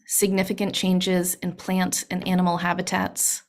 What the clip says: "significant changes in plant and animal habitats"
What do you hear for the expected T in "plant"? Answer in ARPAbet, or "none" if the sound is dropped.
T